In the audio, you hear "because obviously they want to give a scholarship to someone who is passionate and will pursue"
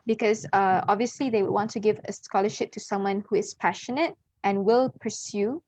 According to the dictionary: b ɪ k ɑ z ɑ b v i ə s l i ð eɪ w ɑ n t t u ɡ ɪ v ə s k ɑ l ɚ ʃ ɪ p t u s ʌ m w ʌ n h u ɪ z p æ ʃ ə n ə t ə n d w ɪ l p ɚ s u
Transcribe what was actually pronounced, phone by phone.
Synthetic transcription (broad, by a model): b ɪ k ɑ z ɑ b v i ə s l i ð eɪ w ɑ n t t u ɡ ɪ v ə s k ɑ l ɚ ʃ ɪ p t u s ʌ m w ʌ n h u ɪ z p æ ʃ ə n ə t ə n w ɪ l p ɚ s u